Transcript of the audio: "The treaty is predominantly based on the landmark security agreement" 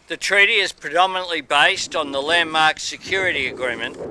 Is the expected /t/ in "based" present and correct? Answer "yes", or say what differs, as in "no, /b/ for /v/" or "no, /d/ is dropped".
yes